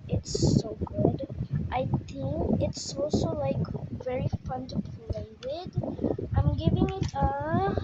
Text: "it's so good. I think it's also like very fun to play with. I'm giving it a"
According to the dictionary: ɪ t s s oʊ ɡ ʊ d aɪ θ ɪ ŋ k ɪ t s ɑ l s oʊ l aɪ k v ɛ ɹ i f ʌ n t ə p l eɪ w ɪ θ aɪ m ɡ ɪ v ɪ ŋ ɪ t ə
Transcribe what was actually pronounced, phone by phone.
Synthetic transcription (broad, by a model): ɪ t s s oʊ ɡ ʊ d aɪ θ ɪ ŋ k ɪ t s ɑ l s oʊ l aɪ k v ɛ ɹ i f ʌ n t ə f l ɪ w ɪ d aɪ m ɡ ɪ v ɪ ŋ ɪ t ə